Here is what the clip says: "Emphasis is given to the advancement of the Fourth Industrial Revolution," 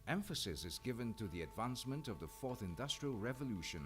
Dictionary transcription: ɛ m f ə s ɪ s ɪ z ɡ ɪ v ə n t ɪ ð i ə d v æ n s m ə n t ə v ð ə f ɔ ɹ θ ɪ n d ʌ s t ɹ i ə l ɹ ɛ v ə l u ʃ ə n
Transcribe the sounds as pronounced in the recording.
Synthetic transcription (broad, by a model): ɛ m f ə s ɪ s ɪ z ɡ ɪ v ə n t ɪ ð i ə d v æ n s m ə n t ə v ð ə f ɔ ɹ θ ɪ n d ʌ s t ɹ i ə l ɹ ɛ v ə l u ʃ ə n